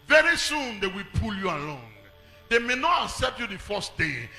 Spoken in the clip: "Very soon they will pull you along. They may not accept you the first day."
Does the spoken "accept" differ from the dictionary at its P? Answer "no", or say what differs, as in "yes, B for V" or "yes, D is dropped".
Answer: no